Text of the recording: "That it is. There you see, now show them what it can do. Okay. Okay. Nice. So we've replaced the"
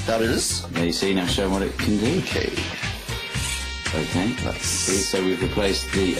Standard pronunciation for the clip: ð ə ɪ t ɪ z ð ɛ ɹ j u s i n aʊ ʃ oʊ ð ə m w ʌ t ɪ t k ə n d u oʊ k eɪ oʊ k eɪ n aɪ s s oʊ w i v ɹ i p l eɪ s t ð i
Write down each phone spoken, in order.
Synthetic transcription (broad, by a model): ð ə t ɪ z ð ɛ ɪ s i n aʊ ʃ oʊ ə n w ʌ t ɪ t k ə n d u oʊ k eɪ oʊ k eɪ l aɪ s s oʊ w i v ɹ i p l eɪ s ð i